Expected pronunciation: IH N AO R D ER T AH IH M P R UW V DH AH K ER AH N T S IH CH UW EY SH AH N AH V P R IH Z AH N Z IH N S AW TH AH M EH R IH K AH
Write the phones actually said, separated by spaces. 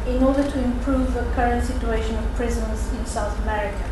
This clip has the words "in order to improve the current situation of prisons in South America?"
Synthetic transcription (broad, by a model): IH N AO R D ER T AH IH M P R UW V DH AH K ER AH N T S IH CH UW EY SH AH N AH V P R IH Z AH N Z IH N S AW TH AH M EH R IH K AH